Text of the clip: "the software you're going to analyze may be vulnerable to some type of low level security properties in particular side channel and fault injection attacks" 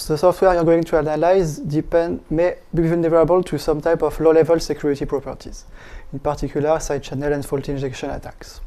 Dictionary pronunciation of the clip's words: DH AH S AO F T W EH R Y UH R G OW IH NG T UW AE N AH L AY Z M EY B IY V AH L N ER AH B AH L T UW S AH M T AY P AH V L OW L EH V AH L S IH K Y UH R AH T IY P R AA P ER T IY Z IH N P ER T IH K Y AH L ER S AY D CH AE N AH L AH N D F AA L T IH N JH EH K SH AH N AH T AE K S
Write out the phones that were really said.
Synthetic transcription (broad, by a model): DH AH S AO F T W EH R Y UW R G OW IH NG T UW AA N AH L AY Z M EY B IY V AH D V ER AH B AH L T UW S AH M T AY P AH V L OW L EH V AH L S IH K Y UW R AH T IY P R AA P ER T IY Z IH N P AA T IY K Y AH L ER S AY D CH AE N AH L AH N D F AA L T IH N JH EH K SH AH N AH T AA K S